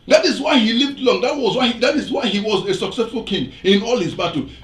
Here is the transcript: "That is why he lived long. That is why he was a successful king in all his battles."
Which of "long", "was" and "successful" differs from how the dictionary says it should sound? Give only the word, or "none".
none